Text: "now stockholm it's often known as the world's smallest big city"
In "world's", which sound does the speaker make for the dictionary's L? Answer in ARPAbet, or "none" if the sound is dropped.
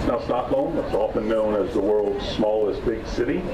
L